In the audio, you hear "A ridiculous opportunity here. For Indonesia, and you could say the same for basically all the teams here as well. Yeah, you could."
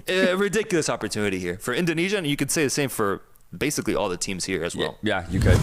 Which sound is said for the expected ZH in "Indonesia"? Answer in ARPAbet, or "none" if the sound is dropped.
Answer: ZH